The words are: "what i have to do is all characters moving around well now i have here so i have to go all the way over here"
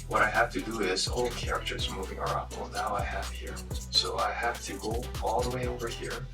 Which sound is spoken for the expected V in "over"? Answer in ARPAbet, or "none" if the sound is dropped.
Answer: V